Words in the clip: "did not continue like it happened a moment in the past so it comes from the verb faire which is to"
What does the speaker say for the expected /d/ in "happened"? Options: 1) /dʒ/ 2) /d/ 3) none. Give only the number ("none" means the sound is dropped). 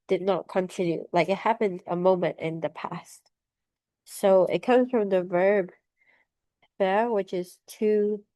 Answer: 2